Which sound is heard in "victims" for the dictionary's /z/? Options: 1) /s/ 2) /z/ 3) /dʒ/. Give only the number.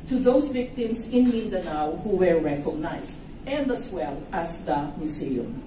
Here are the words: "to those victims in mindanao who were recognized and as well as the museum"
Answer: 1